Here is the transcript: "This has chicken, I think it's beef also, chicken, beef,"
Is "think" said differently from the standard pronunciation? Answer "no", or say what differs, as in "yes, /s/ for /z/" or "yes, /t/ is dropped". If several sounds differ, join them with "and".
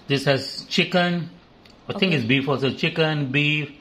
yes, /t/ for /θ/